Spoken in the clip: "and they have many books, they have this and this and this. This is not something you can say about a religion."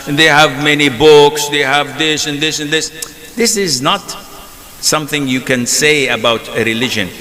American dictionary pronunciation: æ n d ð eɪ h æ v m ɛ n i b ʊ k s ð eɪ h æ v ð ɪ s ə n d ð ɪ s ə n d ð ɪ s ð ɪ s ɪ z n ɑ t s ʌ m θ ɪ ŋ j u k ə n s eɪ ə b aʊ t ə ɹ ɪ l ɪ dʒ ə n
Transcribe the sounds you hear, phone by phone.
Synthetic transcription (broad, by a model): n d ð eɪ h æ v m ɛ n i b ʊ k s ð eɪ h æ v ð ɪ s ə n ð ɪ s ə n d ð ɪ s ð ɪ s ɪ z n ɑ t s ʌ m θ ɪ ŋ j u k ə n s eɪ ə b aʊ t ə ɹ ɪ l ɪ dʒ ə n